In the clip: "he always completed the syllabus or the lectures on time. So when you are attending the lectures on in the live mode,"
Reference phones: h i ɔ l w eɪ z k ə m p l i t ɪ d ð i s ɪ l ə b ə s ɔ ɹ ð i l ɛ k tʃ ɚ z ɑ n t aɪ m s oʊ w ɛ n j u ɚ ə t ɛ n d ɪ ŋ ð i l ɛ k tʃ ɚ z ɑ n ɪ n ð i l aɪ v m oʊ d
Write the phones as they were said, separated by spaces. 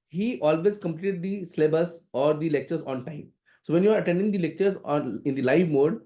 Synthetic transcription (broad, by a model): h i ɔ l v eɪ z k ə m p l i t ɪ d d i s l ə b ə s ɔ ɹ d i l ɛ k tʃ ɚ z ɑ n t aɪ m s oʊ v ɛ n j u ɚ ə t ɛ n d ɪ ŋ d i l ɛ k tʃ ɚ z ɑ n ɪ n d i l aɪ v m oʊ d